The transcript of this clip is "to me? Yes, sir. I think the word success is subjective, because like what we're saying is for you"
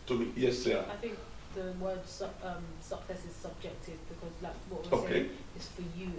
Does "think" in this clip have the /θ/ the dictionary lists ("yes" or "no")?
yes